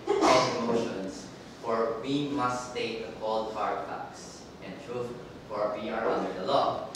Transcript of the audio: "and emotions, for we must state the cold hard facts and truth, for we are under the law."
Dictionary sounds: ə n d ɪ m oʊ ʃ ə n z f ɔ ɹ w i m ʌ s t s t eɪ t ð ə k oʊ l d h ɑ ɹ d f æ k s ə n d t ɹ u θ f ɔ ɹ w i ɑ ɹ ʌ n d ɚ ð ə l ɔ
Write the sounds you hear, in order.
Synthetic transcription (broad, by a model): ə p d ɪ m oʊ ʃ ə n s f ɔ ɹ w i m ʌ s s t eɪ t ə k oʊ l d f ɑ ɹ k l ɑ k s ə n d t ɹ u f f ɔ ɹ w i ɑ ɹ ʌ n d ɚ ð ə l ɔ